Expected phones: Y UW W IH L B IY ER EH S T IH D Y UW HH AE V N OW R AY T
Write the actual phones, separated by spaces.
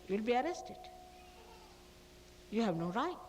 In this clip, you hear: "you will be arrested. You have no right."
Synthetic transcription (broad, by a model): Y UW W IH L B IY ER EH S T IH D Y UW HH AE V N OW R AY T